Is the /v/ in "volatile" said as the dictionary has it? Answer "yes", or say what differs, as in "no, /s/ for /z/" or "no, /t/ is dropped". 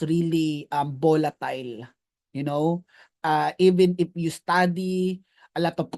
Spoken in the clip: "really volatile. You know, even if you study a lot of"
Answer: no, /b/ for /v/